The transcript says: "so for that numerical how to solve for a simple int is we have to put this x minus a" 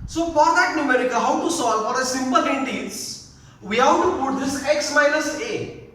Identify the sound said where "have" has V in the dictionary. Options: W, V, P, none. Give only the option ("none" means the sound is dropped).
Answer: W